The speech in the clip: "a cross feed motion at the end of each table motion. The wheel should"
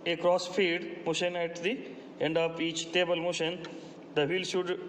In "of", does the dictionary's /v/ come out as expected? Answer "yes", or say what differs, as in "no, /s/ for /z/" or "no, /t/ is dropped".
no, /p/ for /v/